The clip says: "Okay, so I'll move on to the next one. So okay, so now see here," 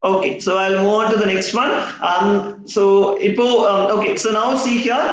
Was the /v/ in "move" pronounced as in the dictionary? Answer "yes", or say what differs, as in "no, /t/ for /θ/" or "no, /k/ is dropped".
no, /v/ is dropped